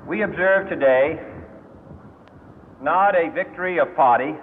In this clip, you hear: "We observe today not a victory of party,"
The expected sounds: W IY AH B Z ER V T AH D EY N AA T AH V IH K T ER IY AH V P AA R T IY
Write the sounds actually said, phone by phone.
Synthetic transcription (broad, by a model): W IY AH B Z ER V T AH D EY N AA T AH V IH K T ER IY AH V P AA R T IY